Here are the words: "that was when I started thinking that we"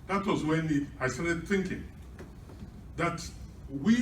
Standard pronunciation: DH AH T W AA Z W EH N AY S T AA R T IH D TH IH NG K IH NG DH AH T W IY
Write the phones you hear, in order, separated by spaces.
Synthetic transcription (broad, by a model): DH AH T W AA Z W EH N AY S T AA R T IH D TH IH NG K IH NG DH AH T W IY